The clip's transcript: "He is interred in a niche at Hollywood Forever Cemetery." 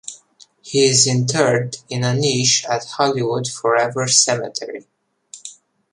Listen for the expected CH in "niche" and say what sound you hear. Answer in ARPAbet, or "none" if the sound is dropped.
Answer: SH